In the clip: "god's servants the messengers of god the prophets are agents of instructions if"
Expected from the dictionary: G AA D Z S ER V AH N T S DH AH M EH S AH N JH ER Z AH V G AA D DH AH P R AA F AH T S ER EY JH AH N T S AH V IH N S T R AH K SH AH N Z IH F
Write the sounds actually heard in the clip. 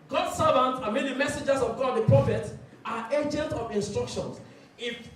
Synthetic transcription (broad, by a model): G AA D S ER V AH N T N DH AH M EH S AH JH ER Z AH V G AA D DH AH P R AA F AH T AA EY JH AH N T AH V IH N S T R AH K SH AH N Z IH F